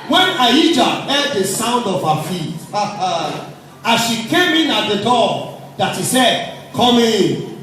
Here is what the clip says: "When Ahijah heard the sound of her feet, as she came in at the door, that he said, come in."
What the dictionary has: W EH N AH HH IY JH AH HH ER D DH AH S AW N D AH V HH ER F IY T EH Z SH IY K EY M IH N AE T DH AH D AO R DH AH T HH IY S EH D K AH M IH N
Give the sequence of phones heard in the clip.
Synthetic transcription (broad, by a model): W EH N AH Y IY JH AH HH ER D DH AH S AW N D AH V HH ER F IY T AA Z SH IY K EY M IH N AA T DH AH D AO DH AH T HH IY S EH D K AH M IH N